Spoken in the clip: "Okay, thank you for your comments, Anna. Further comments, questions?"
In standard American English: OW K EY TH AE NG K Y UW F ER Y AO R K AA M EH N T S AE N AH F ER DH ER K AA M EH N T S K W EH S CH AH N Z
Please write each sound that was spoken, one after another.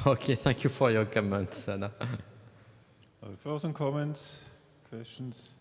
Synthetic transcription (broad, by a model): OW K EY TH AE NG K Y UW F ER Y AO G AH M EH N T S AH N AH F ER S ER K AA M EH N T S K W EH S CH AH N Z